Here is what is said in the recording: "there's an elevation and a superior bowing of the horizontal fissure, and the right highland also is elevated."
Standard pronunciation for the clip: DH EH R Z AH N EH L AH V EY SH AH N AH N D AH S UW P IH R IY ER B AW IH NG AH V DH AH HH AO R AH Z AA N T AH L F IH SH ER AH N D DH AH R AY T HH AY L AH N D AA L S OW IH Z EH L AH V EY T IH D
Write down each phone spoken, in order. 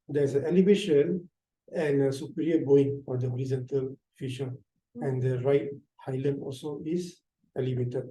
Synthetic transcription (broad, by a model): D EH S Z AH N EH L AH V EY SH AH N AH N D AH S UW P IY R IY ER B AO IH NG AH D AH HH AO R AH Z AA N T AH L F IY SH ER AH N D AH R AY T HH AY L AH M AA L S OW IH S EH L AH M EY T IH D